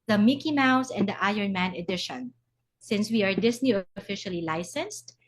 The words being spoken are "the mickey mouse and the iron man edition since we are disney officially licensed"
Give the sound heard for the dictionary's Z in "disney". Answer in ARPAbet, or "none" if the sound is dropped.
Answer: S